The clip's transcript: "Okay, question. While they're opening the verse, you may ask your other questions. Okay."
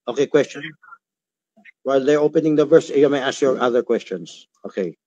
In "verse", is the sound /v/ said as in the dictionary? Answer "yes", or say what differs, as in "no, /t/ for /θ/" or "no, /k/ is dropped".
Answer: yes